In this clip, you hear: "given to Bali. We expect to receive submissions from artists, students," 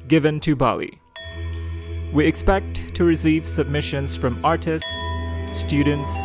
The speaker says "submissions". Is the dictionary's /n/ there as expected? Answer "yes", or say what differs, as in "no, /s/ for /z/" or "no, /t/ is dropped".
yes